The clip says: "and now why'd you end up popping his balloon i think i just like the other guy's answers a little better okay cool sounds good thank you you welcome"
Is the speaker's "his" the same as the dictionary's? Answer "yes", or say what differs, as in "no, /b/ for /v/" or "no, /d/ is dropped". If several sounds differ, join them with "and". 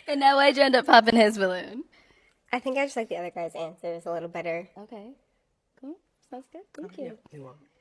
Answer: yes